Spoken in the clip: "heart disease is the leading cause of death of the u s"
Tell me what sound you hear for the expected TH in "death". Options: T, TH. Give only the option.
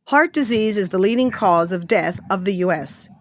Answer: TH